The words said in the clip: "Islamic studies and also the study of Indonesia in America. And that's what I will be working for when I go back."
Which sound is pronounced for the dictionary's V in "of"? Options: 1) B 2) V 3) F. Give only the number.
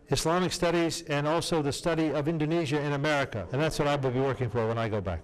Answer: 2